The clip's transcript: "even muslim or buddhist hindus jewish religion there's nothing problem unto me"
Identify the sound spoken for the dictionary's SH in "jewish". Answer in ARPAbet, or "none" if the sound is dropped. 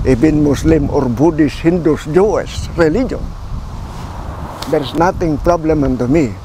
S